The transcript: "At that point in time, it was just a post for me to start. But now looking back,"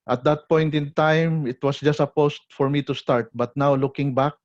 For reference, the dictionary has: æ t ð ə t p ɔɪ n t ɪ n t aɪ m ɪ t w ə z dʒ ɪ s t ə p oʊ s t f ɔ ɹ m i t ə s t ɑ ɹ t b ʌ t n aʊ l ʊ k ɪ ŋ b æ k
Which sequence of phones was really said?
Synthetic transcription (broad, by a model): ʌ t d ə t p ɔɪ n t ɪ n t aɪ m ɪ t w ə s dʒ ɪ s t ə p oʊ s t f ɔ ɹ m i t ə s t ɑ ɹ t b ʌ t n aʊ l ʊ k ɪ ŋ b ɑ k